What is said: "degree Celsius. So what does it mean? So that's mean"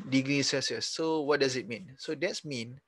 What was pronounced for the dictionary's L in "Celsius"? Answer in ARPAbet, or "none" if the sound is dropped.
none